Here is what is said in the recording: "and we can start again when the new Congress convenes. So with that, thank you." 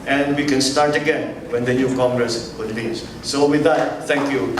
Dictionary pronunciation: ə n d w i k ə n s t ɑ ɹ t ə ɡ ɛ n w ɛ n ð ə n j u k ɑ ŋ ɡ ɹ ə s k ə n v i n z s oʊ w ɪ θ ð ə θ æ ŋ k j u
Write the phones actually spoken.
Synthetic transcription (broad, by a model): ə n d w i k ə n s t ɑ ɹ t ə ɡ ɛ n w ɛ n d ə n j u k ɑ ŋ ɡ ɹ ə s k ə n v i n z s oʊ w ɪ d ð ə t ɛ ŋ k j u